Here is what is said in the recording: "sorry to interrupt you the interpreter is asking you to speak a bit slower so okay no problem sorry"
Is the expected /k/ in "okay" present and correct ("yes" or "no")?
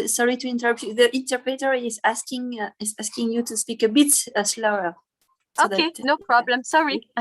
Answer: no